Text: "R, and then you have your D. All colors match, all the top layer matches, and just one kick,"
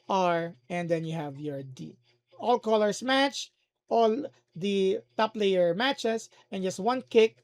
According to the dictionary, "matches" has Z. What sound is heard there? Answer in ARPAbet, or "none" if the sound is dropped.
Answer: S